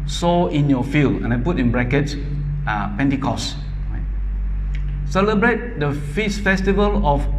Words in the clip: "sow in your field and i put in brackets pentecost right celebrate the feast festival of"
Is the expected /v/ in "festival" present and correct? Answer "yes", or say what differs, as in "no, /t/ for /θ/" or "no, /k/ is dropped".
yes